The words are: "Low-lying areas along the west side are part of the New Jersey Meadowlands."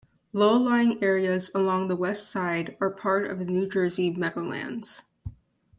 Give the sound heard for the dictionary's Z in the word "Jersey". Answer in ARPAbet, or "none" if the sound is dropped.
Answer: Z